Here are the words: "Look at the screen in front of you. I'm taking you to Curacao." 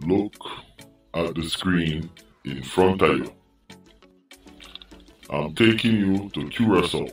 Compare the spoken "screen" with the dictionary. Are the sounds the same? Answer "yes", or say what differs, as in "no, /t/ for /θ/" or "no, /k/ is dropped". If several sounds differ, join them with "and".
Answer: yes